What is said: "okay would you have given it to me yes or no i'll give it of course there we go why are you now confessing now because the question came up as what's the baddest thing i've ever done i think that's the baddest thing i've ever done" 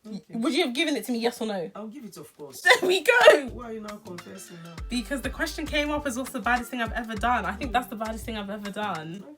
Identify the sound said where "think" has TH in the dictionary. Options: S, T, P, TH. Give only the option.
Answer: TH